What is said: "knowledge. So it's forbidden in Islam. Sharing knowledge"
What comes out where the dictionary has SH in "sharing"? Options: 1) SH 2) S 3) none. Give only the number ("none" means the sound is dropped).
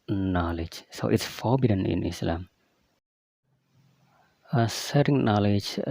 2